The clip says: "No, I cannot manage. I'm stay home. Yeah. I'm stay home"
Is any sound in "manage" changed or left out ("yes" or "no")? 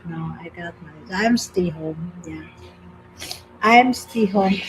yes